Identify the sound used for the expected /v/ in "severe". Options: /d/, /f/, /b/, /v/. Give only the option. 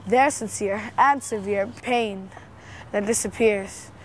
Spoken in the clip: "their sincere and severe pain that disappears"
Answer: /v/